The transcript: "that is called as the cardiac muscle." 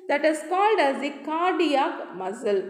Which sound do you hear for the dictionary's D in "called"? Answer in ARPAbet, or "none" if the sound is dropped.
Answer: D